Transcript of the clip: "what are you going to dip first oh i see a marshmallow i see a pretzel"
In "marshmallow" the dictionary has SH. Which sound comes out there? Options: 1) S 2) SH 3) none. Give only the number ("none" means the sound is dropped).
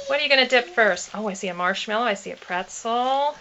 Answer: 2